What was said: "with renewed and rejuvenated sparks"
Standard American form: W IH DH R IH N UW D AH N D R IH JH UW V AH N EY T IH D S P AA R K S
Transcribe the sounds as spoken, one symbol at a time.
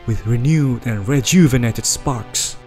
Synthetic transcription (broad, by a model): W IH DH R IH N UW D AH N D R IH JH UW V AH N EY T IH D S P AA R K S